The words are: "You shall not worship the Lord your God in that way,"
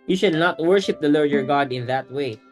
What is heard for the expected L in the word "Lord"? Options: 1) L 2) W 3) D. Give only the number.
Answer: 1